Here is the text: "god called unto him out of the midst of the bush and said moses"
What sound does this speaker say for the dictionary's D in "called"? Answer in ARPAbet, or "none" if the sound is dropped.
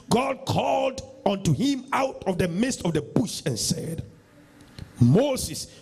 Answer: D